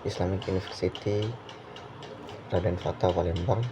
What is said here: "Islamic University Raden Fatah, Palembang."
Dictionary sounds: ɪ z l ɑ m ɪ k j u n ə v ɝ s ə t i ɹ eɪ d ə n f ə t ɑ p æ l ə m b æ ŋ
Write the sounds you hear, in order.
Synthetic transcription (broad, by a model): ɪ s l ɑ m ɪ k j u n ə f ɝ s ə t i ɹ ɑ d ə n f ə t ɑ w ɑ l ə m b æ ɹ